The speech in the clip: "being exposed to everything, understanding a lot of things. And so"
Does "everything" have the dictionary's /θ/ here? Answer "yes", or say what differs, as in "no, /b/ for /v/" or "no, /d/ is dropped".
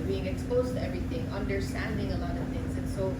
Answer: no, /t/ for /θ/